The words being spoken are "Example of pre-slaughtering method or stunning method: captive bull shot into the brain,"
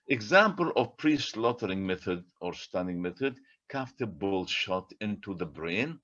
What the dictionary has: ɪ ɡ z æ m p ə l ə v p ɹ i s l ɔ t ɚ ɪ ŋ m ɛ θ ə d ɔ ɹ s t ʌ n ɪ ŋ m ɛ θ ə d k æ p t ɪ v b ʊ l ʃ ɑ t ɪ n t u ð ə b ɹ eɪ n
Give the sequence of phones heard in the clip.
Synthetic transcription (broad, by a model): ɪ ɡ z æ m p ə l ə v p ɹ i s l ɔ t ɚ ɪ ŋ m ɛ θ ə d ɔ ɹ s t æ n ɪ ŋ m ɛ θ ə d k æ f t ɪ b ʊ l ʃ ɑ t ɪ n t u ð ə b ɹ eɪ n